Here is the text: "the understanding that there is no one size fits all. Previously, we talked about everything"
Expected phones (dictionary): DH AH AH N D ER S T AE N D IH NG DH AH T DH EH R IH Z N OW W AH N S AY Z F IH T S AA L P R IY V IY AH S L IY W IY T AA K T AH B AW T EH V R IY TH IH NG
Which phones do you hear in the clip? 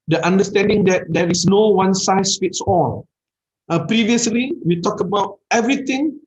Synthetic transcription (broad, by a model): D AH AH N D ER S T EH N D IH NG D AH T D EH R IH S N OW W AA N S AY S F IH T S AA L P R IY V IY AH S L IY W IY T AA K AH B AW T EH V R IY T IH NG